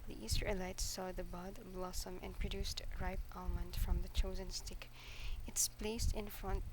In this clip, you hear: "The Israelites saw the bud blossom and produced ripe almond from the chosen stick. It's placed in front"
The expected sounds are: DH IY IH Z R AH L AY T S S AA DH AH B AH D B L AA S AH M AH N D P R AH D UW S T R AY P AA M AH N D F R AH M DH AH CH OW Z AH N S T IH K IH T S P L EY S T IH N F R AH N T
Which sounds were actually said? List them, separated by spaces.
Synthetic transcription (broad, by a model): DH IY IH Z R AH L AY T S S AA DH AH B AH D B L AA S AH M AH N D P R AH D UW S T R AY P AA M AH N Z F R AH M DH AH CH OW Z AH N S T IH K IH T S P L EY S T IH N F R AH N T